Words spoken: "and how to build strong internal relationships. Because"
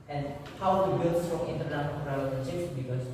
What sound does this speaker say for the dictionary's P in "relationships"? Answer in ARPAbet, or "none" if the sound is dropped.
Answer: none